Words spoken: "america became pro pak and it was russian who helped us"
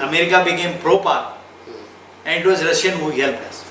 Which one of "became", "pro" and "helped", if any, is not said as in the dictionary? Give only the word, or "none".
helped